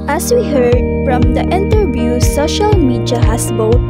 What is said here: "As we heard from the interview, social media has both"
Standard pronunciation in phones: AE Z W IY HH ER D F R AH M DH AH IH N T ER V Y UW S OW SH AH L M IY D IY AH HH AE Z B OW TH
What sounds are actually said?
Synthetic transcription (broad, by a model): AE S W IY HH ER D F R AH M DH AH IH N T ER V Y UW S OW SH AH L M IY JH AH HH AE S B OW